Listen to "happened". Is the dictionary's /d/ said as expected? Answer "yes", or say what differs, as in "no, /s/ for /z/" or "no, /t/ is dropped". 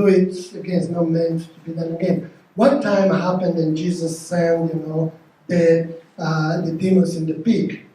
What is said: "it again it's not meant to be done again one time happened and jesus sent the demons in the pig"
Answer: yes